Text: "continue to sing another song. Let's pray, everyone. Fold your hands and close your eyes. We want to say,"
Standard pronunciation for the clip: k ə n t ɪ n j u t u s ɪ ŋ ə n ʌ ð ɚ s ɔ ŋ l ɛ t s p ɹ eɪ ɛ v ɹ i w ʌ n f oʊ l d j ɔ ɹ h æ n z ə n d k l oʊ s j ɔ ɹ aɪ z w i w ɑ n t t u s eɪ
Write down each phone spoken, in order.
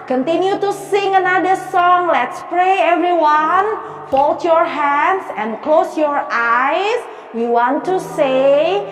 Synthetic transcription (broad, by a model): k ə n t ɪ n j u t u s ɪ ŋ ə n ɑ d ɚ s ɔ ŋ l ɛ t s p ɹ eɪ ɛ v ɹ i w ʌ n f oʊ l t j ɔ ɹ h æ n s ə n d k l oʊ s j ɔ ɹ aɪ s w i w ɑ n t t u s eɪ